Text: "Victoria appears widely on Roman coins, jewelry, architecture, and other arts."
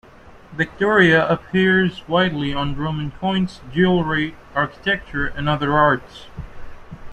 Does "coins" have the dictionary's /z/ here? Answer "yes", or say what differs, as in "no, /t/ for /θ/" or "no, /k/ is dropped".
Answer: no, /s/ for /z/